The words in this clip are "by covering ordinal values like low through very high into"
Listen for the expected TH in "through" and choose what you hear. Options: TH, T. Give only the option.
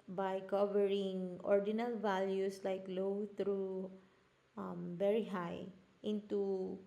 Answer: T